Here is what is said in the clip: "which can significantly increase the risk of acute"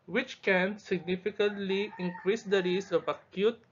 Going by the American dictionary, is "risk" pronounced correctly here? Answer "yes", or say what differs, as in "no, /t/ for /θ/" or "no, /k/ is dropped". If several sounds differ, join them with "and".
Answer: no, /k/ is dropped